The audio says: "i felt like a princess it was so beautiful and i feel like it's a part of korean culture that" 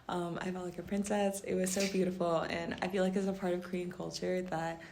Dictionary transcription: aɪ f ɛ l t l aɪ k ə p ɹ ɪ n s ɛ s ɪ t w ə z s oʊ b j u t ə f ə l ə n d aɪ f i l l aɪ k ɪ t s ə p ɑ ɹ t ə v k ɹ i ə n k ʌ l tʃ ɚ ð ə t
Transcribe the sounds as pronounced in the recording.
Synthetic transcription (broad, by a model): aɪ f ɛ t l aɪ k ə p ɹ ɪ n s ɛ s ɪ t w ə z s oʊ b j u t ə f l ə n aɪ f i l l aɪ k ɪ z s ə p ɑ ɹ t ə v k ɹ i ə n k ʌ l tʃ ɚ ð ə t